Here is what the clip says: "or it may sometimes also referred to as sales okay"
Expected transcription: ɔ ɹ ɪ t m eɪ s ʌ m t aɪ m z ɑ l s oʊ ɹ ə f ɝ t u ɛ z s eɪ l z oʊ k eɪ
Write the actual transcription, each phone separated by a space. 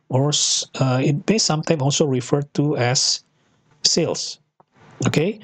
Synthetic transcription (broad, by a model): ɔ ɹ ɪ t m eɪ s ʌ m t aɪ m ɑ l s oʊ ɹ ə f ɝ t u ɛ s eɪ l s oʊ k eɪ